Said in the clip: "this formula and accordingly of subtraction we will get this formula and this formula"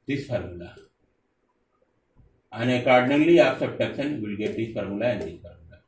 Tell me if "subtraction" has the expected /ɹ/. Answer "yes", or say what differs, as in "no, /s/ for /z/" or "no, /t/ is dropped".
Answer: no, /ɹ/ is dropped